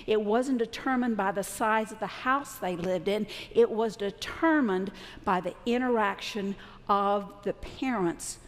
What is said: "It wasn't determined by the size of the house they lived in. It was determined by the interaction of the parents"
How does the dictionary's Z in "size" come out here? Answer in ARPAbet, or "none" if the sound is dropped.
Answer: Z